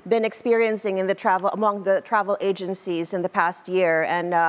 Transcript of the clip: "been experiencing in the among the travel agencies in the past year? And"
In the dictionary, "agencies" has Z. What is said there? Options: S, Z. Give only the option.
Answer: Z